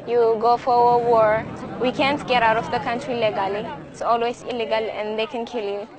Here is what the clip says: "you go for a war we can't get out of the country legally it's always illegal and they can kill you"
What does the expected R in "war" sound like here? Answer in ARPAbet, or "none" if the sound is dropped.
R